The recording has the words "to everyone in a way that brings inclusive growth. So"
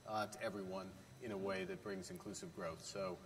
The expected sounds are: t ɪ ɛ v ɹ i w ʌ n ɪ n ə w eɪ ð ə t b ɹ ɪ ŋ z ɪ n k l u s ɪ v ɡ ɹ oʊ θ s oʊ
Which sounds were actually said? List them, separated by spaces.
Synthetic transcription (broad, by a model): t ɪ ɛ v ɹ i w ʌ n ɪ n ə w eɪ ð ə t b ɹ ɪ ŋ z ɪ n k l u s ɪ v ɡ ɹ oʊ θ s oʊ